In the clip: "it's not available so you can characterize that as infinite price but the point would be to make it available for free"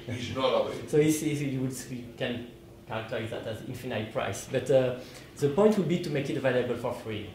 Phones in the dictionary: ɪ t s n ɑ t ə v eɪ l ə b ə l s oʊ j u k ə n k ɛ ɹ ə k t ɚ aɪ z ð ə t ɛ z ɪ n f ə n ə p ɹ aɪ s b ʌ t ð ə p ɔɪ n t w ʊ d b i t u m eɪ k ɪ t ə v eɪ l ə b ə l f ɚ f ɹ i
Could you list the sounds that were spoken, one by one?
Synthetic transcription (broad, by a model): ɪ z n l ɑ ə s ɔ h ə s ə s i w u k ə n k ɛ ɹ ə k t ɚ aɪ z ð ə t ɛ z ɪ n f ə n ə p ɹ aɪ s b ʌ t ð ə p ɔɪ n t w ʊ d b i t u m eɪ k ɪ t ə v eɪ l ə b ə l f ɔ f ɹ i